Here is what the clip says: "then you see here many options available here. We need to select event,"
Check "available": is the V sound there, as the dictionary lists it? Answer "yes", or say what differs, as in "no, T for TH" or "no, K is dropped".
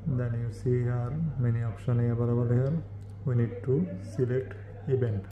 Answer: no, B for V